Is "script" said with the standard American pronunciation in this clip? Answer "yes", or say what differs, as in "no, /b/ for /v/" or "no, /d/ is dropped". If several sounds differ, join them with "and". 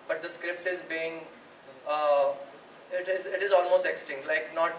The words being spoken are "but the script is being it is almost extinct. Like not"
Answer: yes